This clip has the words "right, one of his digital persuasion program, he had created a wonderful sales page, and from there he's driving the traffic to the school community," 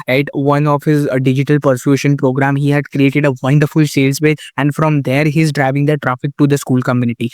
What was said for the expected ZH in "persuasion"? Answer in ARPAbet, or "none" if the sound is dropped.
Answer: SH